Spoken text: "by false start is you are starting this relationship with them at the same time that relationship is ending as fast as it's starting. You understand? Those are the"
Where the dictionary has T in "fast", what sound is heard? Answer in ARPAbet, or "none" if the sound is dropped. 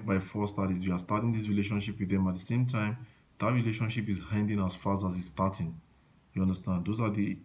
none